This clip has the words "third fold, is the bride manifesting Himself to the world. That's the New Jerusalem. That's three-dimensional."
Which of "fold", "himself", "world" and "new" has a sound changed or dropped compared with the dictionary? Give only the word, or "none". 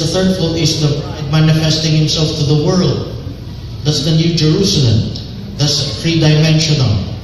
fold